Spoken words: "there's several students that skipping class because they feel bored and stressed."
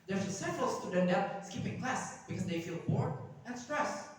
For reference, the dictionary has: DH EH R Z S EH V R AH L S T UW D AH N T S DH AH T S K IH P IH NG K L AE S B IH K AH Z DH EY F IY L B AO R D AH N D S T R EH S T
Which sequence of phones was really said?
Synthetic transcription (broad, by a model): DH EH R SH S EH V R AH L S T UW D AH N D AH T S K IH P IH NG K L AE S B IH K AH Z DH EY F IY L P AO R AH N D S T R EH S